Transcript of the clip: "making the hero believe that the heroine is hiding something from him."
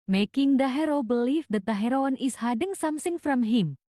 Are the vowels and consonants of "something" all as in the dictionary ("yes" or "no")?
no